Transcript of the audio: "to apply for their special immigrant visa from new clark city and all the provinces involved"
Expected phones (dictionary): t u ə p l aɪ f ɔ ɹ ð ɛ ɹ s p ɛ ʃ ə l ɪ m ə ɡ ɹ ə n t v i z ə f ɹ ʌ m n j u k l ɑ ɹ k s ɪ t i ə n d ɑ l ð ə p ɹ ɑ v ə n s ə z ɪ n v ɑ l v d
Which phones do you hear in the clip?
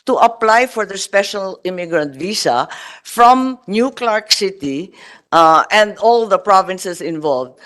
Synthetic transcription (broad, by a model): t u ə p l aɪ f ɔ ɹ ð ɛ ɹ s p ɛ ʃ ə l ɪ m ə ɡ ɹ ə n t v i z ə f ɹ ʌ m n j u k l ɑ ɹ k s ɪ t i ə n d ɑ l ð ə p ɹ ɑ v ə n s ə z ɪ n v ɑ l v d